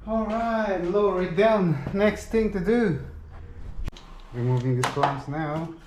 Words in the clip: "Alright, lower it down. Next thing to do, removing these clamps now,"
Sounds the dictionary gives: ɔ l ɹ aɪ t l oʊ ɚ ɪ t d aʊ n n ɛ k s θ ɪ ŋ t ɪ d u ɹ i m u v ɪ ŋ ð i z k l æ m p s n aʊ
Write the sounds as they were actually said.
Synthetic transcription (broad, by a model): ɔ l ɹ aɪ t l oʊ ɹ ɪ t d aʊ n n ɛ k s θ ɪ ŋ t ɪ d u w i m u v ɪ ŋ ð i s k ɔ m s n aʊ